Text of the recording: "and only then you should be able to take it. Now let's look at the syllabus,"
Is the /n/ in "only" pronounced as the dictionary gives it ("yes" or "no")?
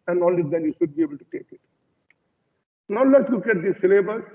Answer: no